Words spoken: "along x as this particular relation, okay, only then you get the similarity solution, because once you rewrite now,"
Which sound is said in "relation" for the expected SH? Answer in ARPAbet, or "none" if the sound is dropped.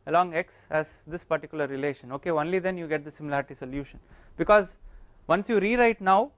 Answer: SH